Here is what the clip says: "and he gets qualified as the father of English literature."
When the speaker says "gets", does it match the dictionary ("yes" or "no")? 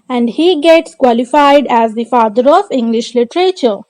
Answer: yes